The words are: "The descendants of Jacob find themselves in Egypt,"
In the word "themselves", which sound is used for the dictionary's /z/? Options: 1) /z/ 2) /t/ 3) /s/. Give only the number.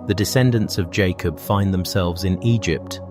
1